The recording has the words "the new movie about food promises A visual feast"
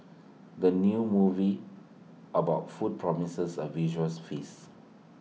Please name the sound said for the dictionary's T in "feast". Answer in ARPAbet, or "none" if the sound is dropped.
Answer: none